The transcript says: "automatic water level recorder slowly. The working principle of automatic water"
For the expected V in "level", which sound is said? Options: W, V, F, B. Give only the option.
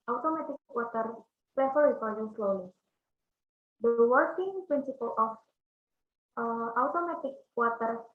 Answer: F